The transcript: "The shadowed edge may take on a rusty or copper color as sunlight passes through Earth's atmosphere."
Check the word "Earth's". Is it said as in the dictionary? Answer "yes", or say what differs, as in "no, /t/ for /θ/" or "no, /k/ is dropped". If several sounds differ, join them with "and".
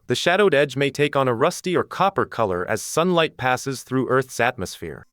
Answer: yes